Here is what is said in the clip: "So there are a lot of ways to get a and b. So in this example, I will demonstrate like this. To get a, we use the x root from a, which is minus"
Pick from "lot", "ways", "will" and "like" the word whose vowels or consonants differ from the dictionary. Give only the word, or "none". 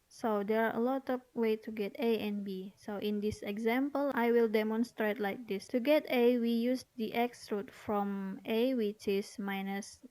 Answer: ways